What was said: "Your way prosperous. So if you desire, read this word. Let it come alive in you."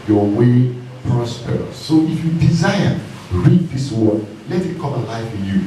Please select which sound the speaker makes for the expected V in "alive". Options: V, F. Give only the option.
F